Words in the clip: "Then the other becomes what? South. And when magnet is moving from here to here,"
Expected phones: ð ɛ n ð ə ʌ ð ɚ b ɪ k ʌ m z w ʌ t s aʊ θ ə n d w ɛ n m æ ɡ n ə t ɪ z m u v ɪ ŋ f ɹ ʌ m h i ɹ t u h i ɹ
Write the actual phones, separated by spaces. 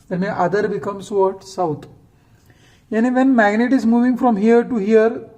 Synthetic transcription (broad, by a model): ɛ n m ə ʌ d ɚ b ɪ k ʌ m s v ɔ t s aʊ t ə n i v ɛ n m æ ɡ n ə t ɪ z m u v ɪ ŋ f ɹ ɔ m h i ɹ t u h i ɹ